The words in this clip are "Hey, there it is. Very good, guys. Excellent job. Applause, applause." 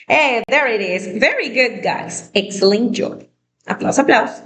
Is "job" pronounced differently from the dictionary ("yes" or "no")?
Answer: yes